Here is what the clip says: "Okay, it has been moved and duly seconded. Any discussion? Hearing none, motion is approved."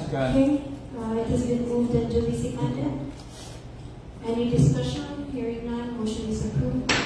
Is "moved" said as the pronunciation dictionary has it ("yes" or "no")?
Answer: yes